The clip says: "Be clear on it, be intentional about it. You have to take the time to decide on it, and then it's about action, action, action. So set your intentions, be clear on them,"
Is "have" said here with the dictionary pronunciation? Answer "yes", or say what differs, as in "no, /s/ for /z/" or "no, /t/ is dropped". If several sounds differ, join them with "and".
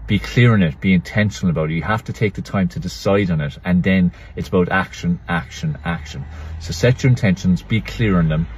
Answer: no, /f/ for /v/